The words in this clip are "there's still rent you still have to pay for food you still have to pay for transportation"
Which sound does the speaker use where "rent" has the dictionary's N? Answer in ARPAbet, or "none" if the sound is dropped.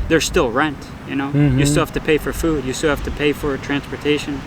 N